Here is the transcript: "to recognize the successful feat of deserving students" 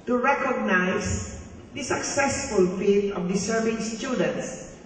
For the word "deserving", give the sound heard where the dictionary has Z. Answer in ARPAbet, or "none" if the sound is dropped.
S